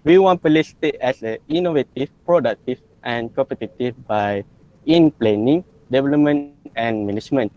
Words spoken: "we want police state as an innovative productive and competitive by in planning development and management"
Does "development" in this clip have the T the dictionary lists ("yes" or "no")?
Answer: no